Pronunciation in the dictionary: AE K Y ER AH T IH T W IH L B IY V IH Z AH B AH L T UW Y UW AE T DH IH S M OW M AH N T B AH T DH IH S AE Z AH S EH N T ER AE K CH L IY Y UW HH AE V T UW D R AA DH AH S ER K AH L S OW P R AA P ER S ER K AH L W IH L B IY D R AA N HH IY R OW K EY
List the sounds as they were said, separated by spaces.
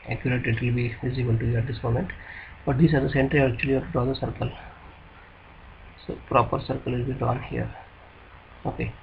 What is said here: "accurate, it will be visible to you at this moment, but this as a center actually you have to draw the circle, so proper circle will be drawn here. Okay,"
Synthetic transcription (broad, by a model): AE K Y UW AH T IH T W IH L B IY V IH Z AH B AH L T UW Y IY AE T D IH S M OW M AH N T B AH T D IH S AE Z AH S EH N T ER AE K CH IY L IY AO T UW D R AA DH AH S ER K AH L S OW P R AA P ER S ER K AH L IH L B IY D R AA N HH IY R OW K EY